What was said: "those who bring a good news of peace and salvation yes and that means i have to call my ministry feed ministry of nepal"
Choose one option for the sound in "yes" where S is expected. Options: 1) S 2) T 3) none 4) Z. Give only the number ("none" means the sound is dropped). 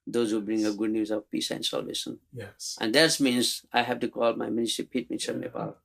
3